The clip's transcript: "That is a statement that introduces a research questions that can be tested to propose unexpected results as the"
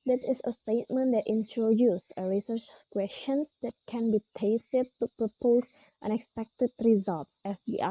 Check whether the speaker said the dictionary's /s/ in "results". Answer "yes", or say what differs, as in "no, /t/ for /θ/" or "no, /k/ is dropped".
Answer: no, /s/ is dropped